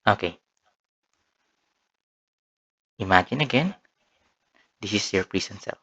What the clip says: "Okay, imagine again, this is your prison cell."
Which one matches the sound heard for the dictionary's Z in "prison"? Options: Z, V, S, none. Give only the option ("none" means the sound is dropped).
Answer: S